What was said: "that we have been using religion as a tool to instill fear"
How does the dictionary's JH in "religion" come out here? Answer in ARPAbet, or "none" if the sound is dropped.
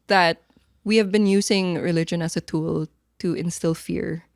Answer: JH